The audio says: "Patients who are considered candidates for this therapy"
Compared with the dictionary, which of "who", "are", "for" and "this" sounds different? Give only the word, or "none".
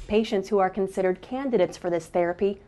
none